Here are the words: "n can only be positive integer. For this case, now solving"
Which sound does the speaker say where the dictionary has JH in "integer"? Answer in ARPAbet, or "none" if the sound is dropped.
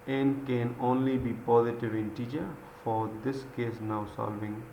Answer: CH